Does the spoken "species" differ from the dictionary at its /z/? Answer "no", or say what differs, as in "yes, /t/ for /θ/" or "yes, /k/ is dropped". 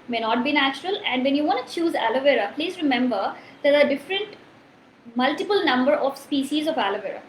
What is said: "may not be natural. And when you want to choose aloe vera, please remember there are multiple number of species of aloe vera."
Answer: no